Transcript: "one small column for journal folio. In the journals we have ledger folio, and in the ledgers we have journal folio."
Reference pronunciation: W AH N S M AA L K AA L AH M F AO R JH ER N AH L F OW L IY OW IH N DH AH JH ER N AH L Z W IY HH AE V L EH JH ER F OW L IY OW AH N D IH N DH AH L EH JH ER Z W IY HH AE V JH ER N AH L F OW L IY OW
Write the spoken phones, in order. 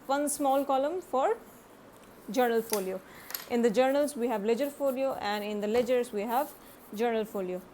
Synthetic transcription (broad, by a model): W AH N S M AA L K AA L AH M F AO R JH ER N AH L F OW L IY OW IH N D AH JH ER N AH L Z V IY HH AE V L EH JH ER F OW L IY OW AH N D IH N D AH L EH JH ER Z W IY HH AE V JH ER N AH L F OW L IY OW